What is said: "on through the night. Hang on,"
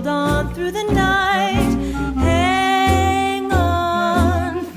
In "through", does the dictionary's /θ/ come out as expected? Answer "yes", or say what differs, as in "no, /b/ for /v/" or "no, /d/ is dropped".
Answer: yes